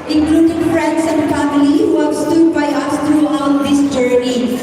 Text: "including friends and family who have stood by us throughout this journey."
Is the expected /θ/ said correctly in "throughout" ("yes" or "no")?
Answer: no